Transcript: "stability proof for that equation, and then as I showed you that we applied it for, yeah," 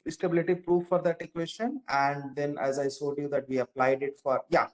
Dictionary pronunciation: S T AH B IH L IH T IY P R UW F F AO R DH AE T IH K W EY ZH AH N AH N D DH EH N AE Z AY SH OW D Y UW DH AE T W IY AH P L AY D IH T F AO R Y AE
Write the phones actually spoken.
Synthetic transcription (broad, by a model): S T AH B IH L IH T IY P R UW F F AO R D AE T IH K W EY SH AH N AH N D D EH N AE Z AY S OW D Y UW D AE T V IY AH P L AY D IH T F AO R Y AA